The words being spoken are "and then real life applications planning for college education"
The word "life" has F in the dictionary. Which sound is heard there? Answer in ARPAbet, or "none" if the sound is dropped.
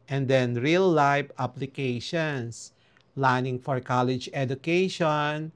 P